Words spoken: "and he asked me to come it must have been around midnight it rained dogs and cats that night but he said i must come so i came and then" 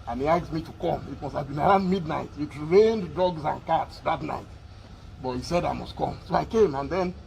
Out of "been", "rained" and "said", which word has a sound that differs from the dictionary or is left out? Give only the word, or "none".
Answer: none